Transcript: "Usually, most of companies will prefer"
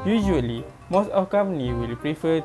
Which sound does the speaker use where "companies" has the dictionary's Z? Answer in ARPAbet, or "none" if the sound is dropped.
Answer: none